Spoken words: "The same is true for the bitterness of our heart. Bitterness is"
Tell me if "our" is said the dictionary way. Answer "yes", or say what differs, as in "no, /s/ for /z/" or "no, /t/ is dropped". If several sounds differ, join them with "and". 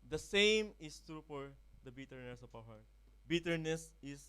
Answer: no, /w/ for /ɹ/